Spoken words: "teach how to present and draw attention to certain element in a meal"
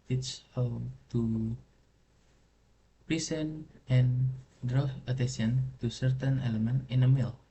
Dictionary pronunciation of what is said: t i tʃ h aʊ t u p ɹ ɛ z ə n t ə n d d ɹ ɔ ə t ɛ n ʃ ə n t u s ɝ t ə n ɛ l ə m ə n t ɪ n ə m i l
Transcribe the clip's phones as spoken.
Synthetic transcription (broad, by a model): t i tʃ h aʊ t u p ɹ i s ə n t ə n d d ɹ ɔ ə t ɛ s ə n t u s ɝ t ə n ɛ l ə m ə n t ɪ n ə m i l